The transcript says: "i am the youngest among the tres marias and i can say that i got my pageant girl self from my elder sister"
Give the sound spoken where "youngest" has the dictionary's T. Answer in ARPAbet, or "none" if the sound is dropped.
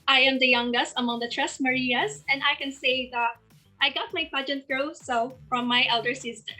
T